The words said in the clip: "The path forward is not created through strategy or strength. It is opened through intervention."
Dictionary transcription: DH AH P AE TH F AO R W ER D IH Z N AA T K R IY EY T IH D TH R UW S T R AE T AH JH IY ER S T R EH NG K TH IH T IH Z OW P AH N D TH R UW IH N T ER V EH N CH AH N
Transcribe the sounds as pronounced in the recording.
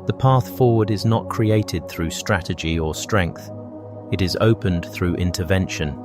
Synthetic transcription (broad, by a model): DH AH P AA TH F AO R W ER D IH Z N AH T K R IY EY T IH D TH R UW S T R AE T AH JH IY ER S T R EH NG K TH IH T IH Z OW P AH N TH R UW IH N T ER V EH N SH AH N